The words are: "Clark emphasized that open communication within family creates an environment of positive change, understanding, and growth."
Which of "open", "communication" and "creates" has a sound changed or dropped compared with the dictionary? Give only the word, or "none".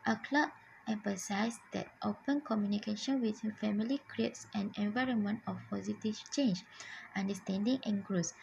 none